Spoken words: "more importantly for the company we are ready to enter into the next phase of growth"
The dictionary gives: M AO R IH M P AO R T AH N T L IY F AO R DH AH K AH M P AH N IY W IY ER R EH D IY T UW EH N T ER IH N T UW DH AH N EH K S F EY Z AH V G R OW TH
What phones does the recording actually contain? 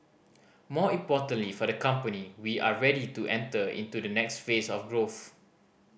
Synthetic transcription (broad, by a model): M AO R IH M P AO T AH N L IY F AO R AH K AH M P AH N IY W IY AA R EH D IY T UW EH N T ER IH N T UW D AH N EH K S F EY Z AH F G R OW TH